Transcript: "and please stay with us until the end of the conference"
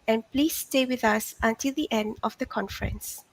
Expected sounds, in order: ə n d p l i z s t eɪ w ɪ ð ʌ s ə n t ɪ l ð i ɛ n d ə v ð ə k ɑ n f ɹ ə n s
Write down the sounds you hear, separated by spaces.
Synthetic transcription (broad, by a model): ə n p l i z s t eɪ w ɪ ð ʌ s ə n t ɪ l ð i ɛ n d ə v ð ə k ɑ n f ɹ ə n s